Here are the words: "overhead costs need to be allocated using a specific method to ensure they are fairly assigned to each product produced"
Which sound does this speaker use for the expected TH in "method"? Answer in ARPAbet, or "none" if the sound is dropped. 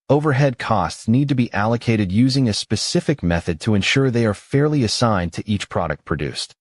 TH